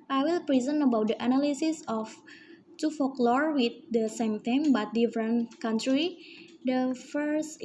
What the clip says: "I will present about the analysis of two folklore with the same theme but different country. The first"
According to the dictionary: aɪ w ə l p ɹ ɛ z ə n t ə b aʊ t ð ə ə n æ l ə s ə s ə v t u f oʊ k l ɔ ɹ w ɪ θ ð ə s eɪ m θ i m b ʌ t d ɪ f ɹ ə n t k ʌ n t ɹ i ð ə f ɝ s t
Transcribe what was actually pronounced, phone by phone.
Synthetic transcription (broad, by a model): aɪ w ə l p ɹ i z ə n ə b aʊ t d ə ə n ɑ l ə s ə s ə f t u f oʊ k l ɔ ɹ w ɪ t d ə s eɪ m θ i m b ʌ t d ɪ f ɹ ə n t k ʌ n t ɹ i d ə f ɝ s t